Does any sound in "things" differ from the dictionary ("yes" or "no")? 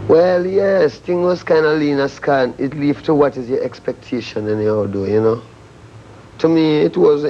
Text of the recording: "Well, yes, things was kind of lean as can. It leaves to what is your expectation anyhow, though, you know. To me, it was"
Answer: yes